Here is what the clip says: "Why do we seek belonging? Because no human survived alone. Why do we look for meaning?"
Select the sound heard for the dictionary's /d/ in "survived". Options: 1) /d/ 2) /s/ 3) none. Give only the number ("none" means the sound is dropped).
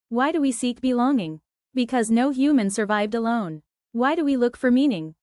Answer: 1